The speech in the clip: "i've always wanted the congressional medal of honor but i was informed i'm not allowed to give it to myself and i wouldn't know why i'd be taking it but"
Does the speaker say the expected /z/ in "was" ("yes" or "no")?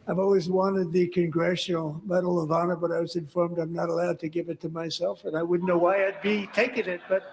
yes